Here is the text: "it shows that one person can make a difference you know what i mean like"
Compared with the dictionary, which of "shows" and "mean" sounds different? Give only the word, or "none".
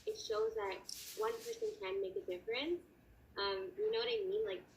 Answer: none